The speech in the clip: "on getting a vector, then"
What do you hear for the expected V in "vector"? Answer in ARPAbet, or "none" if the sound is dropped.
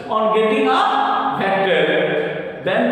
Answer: B